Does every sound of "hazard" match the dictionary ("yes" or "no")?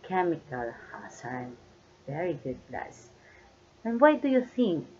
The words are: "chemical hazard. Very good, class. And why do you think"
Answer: no